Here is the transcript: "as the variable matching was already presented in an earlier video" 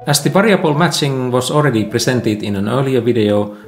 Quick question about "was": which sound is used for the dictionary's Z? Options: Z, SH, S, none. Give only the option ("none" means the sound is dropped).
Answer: S